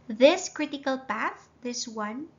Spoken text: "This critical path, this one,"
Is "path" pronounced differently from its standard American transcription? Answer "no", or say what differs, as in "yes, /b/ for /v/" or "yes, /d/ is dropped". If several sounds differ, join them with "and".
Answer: no